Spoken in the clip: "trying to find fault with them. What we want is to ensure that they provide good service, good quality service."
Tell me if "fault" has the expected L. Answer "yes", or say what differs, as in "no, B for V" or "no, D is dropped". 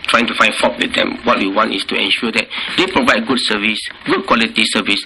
no, L is dropped